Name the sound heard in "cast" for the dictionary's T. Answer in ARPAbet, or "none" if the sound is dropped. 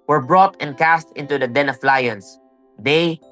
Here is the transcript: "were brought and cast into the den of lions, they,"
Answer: T